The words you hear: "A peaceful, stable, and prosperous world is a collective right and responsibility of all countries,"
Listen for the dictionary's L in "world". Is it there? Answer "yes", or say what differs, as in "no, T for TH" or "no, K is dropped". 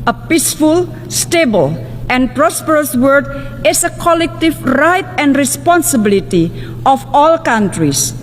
no, L is dropped